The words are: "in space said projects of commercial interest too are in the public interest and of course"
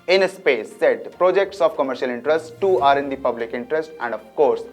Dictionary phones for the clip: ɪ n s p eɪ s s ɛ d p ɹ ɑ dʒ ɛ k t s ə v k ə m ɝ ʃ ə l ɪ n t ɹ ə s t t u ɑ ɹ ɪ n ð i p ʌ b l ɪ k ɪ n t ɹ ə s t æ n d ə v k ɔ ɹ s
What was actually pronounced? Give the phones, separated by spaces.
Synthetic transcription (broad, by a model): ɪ n s p eɪ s s ɛ d p ɹ ɑ dʒ ɛ k t s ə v k ə m ɝ ʃ ə l ɪ n t ɹ ə s t t u ɑ ɹ ɪ n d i p ʌ b l ɪ k ɪ n t ɹ ə s t æ n d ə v k ɔ ɹ s